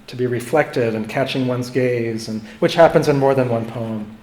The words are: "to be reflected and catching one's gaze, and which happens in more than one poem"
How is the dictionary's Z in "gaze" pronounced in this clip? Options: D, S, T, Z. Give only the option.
Z